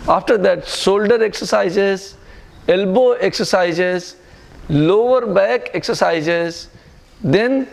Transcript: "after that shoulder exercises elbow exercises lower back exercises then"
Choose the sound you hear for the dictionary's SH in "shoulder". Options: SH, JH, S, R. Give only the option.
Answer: S